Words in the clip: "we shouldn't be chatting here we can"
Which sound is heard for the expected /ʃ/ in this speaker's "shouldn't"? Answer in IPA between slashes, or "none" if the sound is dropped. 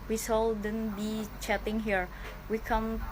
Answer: /s/